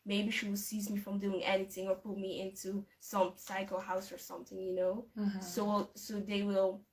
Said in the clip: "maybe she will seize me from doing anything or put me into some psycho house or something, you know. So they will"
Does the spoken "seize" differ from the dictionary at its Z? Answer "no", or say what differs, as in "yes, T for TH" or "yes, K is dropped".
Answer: no